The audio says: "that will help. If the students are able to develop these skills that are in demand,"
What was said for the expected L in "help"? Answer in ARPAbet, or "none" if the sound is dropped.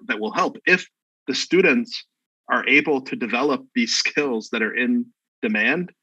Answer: L